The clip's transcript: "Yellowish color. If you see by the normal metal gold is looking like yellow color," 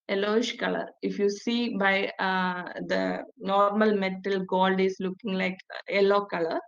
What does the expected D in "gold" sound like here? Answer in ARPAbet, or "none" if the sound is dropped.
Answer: D